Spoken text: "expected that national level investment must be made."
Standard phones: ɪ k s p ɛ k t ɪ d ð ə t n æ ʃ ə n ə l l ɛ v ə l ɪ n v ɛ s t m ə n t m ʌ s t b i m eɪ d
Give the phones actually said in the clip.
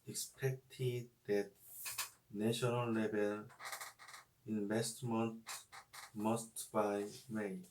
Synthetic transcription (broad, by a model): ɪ k s p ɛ k t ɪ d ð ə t n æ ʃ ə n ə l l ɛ b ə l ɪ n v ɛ s t m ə n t m ʌ s t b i m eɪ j